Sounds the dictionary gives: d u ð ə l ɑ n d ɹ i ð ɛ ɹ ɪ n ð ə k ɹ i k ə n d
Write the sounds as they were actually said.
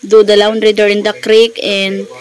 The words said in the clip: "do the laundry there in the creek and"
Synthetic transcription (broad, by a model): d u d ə l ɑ n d ɹ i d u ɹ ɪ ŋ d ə k ɹ i k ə n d